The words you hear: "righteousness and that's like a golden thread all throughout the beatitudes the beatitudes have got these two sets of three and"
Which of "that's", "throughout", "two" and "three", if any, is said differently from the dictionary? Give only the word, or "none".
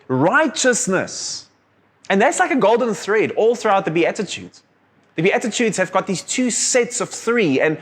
none